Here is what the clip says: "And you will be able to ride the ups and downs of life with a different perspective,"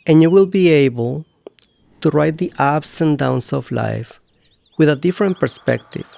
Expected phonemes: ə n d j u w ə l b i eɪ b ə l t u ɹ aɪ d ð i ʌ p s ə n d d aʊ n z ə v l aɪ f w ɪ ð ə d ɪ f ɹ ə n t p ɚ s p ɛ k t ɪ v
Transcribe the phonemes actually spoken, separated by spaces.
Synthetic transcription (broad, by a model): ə n j u w ə l b i eɪ b ə l t u ɹ aɪ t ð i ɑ b s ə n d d aʊ n s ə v l aɪ f w ɪ ð ə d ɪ f ɹ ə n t p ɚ s p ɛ k t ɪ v